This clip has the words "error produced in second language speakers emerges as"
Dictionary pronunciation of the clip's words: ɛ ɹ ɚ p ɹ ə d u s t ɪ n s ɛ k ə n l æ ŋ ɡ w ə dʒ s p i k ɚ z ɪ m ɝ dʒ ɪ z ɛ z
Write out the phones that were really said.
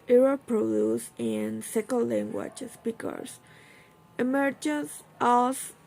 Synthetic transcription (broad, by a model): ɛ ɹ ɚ p ɹ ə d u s ɪ n s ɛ k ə l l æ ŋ ɡ w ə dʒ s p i k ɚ s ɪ m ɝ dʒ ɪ s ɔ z